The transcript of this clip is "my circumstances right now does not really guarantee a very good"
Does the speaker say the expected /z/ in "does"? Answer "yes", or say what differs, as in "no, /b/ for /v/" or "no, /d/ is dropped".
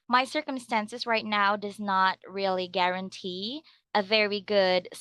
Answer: yes